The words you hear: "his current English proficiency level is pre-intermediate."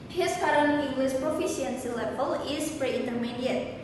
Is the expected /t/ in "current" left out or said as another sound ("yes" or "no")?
yes